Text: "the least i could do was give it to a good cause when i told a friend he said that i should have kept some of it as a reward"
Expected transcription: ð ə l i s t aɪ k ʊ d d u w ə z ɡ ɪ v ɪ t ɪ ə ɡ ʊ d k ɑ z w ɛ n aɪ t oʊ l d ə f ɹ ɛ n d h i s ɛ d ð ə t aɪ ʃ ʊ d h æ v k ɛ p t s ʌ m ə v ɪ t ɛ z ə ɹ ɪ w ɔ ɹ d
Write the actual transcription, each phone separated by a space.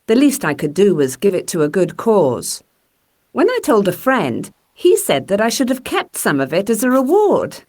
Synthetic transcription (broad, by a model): ð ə l i s t aɪ k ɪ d d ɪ w ə z ɡ ɪ v ɪ t ɪ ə ɡ ʊ d k ɑ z w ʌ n aɪ t oʊ l d ə f ɹ ɛ n d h i s ɛ d ð ə t aɪ ʃ ʊ d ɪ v k ɛ p t s ʌ m ə v ɪ t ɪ z ə ɹ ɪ w ɔ ɹ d